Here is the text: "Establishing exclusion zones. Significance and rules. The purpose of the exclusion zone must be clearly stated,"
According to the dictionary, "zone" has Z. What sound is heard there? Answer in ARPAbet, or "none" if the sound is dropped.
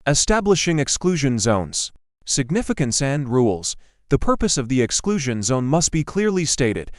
Z